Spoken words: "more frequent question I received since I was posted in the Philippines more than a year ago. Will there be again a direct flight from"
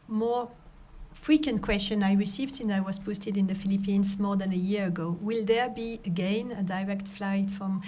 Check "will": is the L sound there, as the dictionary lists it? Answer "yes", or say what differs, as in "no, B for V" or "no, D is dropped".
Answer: yes